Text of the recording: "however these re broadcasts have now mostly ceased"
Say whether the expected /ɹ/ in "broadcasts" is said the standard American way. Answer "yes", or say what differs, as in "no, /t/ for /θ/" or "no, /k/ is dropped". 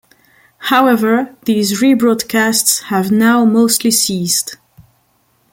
yes